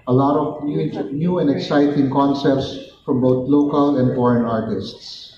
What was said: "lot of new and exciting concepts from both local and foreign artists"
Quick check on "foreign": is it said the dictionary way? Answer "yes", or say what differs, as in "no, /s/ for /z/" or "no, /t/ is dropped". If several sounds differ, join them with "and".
yes